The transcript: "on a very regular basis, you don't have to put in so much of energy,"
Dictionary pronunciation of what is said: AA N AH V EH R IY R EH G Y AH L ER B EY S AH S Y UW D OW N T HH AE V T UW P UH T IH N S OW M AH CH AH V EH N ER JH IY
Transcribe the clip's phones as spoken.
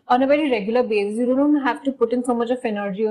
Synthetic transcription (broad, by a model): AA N AH B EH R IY R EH G Y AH L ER B EY S AH S Y UW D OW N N HH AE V T UW P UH T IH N S OW M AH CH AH F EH N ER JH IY